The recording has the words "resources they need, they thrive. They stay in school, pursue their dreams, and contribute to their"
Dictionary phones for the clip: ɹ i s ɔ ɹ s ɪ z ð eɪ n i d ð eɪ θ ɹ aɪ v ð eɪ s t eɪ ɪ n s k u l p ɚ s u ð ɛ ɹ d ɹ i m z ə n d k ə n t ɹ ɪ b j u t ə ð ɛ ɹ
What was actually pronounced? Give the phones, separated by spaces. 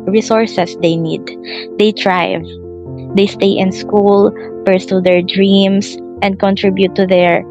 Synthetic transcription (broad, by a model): ɹ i s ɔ ɹ s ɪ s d eɪ n i d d eɪ t ɹ aɪ v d eɪ s t eɪ ɪ n s k u l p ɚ s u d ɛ ɹ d ɹ i m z ə n d k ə n t ɹ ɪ b j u t ə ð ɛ ɹ